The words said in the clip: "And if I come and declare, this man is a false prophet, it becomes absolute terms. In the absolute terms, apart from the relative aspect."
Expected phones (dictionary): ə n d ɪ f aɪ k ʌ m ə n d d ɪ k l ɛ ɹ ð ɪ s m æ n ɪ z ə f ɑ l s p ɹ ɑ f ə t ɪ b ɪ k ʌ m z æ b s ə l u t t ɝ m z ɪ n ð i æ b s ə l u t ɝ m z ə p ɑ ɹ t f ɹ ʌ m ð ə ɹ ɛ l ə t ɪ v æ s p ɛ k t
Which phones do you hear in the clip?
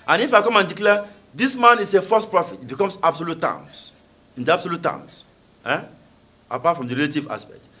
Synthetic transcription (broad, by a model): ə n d ɪ f aɪ k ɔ m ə n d d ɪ k l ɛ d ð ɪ s m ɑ n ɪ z ə f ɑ s p ɹ ɑ f ə t ɪ b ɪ k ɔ m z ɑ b s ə l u t t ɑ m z ɪ n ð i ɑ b s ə l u t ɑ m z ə p ɑ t f ɹ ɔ m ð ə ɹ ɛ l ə t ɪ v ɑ s p ɛ k t